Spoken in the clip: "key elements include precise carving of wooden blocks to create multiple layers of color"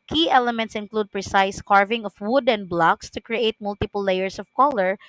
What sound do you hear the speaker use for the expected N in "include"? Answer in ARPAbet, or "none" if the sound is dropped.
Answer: N